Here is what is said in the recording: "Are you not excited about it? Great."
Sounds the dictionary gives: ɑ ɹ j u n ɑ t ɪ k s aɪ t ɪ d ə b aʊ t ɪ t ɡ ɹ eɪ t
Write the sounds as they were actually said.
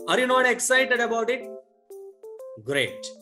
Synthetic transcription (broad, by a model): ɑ ɹ j u n ɑ t ɪ k s aɪ t ɪ d ə b aʊ t ɪ t ɡ ɹ eɪ t